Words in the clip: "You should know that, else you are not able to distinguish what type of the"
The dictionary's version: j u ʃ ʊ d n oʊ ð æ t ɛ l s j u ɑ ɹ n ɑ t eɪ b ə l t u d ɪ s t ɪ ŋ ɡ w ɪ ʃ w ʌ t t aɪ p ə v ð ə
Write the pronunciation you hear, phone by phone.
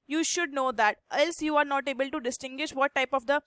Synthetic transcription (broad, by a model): j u ʃ ʊ d n oʊ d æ t ɛ l s j u ɑ ɹ n ɑ t eɪ b ə l t u d ɪ s t ɪ ŋ ɡ w ɪ ʃ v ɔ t t aɪ p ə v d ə